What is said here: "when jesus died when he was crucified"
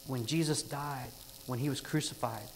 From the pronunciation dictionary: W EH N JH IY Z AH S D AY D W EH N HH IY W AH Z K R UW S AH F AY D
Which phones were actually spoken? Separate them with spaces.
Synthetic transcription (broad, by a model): W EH N JH IY Z AH S D AY D W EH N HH IY W AH Z K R UW S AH F AY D